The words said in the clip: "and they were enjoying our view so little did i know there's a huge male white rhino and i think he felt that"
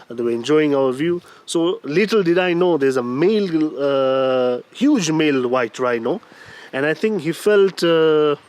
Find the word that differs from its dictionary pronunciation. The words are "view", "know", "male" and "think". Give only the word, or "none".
think